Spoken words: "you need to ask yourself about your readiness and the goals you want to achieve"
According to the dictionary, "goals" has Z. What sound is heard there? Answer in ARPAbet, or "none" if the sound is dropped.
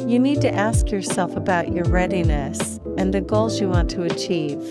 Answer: Z